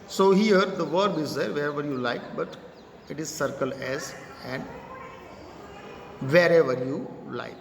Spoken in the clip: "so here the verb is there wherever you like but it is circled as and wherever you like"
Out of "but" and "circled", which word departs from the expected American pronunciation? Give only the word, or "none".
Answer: circled